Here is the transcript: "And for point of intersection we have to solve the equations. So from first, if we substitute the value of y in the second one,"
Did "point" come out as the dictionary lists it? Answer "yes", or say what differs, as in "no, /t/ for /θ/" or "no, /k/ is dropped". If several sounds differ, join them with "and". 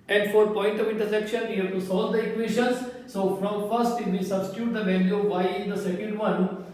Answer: yes